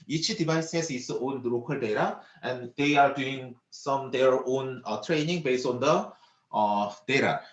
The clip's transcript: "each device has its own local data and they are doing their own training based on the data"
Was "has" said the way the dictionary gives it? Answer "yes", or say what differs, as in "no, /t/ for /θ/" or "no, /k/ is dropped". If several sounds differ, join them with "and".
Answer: no, /s/ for /z/